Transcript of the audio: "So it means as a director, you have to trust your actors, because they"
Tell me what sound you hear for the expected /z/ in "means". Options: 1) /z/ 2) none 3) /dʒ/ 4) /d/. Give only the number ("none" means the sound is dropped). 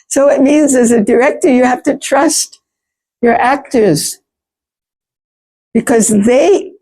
1